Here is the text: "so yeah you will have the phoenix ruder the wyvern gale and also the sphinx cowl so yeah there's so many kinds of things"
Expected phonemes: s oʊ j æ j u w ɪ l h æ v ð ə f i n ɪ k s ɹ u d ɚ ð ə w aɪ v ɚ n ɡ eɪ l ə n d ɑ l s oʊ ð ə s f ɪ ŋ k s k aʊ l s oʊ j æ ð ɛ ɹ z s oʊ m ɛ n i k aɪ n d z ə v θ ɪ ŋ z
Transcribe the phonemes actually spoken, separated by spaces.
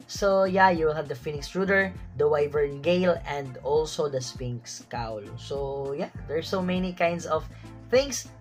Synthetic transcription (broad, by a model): s oʊ j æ j u w ɪ l h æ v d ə f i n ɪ k s ɹ u d ɚ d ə w aɪ v ɚ n ɡ eɪ l ə n d ɑ l s oʊ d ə s p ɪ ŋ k s k aʊ l s oʊ j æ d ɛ ɹ s oʊ m ɛ n i k aɪ n d s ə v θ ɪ ŋ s